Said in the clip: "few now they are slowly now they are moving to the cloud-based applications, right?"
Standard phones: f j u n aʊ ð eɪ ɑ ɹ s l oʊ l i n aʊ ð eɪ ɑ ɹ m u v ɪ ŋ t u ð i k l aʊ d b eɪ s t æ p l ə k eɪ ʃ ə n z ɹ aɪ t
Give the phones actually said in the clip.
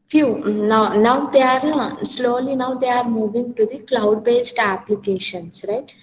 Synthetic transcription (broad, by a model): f j u n aʊ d eɪ ɑ ɹ s l oʊ l i n aʊ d eɪ ɑ ɹ m u v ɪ ŋ t u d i k l aʊ d b eɪ s t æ p l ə k eɪ ʃ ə n s ɹ aɪ t